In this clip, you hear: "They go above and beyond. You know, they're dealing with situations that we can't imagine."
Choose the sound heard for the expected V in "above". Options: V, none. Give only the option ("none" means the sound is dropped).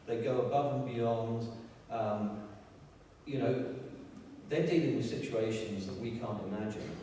V